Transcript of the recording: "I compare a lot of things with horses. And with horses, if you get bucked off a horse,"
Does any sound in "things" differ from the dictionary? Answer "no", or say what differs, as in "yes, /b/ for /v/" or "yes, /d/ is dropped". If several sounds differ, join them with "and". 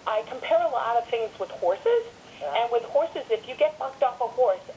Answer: no